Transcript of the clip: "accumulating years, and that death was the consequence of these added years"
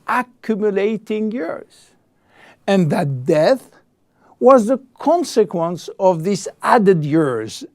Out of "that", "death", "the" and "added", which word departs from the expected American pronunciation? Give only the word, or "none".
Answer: none